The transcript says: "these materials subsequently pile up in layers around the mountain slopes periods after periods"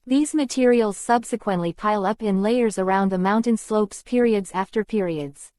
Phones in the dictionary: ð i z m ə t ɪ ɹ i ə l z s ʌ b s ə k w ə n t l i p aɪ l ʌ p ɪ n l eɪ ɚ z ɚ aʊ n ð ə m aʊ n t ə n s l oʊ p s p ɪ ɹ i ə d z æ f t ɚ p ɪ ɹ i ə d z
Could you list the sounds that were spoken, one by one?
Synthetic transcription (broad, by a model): ð i z m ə t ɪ ɹ i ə l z s ʌ b s ə k w ə n t l i p aɪ l ʌ p ɪ n l eɪ ɚ z ɚ aʊ n ð ə m aʊ n t ə n s l oʊ p s p ɪ ɹ i ə d z æ f t ɚ p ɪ ɹ i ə d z